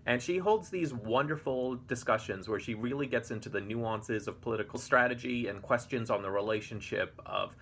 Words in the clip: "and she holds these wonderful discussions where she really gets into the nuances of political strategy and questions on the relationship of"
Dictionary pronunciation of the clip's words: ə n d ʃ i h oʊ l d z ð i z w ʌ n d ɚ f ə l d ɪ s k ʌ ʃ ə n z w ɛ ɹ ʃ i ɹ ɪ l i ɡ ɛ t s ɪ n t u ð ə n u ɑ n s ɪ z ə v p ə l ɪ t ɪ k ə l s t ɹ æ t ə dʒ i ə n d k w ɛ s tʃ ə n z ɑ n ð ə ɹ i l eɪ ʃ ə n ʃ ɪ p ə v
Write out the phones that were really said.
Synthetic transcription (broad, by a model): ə n ʃ i h oʊ l d z ð i z w ʌ n d ɚ f l d ɪ s k ʌ ʃ ə n z w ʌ ɹ ʃ i ɹ ɪ l i ɡ ɛ t s ɪ n t u ð ə n u ɑ n s ɪ z ə v p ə l ɪ t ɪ k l s t ɹ æ t ə dʒ i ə n k w ɛ s tʃ ə n z n ð ə ɹ i l eɪ ʃ ə n ʃ ɪ p ə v